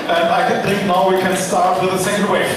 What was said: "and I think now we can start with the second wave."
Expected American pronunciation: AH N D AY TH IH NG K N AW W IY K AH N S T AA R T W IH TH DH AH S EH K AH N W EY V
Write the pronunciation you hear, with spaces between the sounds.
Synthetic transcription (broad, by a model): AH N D AY TH IH NG K N AW W IY K AH N S T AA R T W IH DH AH S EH AH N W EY